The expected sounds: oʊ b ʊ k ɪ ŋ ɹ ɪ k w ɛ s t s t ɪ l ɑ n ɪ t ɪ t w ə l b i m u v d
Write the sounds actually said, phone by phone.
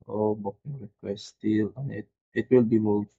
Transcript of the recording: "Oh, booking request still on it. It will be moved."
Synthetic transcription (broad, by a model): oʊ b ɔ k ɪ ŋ ɹ ɪ k w ɛ s t s t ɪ l ɑ n ɪ t ɪ t w ə l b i m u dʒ